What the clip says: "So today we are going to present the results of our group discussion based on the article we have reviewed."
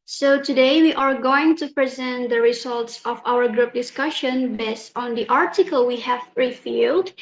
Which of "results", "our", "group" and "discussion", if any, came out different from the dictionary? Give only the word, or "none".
none